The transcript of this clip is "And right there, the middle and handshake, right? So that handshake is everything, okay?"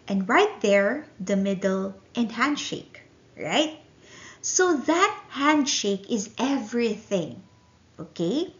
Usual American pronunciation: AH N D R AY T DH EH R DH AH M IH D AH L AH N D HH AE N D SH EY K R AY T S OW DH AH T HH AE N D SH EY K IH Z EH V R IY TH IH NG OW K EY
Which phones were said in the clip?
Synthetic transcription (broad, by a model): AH N D R AY T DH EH R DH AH M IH D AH L AH N D HH AE N D SH EY K R AY T S OW DH AH T HH AE N D SH EY K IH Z EH V R IY TH IH NG OW K EY